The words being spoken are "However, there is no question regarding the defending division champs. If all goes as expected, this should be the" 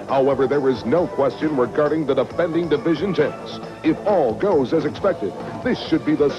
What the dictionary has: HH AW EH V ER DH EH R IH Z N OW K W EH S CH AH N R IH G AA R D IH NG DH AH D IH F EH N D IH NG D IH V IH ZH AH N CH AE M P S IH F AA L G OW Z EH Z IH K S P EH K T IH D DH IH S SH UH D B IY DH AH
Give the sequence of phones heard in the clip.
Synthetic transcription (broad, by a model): HH AW EH V ER DH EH R IH Z N OW K W EH S CH AH N R IH G AA R D IH NG DH AH D IH F EH N D IH NG D IH V IH ZH AH N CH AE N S IH F AA L G OW Z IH Z IH K S P EH K T IH D DH IH S SH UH D B IY DH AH